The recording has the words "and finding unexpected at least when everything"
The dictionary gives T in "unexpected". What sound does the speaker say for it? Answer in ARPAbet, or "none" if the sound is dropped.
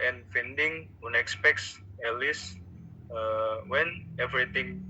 S